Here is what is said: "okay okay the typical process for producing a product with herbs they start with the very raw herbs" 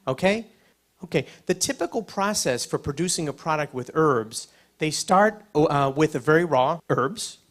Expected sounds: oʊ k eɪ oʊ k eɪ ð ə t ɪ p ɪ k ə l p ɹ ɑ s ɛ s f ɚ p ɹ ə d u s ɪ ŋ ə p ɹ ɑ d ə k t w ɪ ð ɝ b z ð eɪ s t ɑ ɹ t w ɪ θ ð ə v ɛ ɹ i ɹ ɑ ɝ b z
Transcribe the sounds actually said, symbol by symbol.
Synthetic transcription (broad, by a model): oʊ k eɪ oʊ k eɪ ð ə t ɪ p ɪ k l p ɹ ɑ s ɛ s f ɚ p ɹ ə d u s ɪ ŋ ə p ɹ ɑ d ə k t w ɪ ð ɝ b z ð eɪ s t ɑ ɹ t w ɪ ð ə v ɛ ɹ i ɹ ɑ ɝ b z